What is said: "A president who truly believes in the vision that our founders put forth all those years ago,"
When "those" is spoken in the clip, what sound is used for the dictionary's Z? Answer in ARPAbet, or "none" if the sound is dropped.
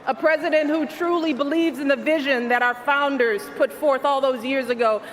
Z